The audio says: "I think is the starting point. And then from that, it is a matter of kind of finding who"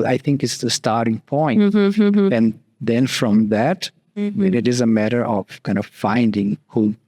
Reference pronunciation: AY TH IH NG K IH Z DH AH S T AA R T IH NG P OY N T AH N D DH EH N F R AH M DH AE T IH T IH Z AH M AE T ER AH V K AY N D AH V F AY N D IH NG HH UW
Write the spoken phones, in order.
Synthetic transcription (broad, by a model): AY TH IH NG K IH S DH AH S T AA R T IH NG P OY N AH N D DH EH N F R AH M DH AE T IH T IH Z AH M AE T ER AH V K AY N D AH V F AY N D IH NG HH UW